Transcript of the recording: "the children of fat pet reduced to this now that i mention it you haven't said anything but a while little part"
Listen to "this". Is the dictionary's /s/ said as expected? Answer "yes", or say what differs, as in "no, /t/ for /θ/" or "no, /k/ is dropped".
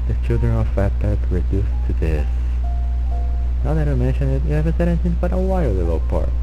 yes